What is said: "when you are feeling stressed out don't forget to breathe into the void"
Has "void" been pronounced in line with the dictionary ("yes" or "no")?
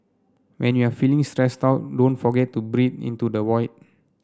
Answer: no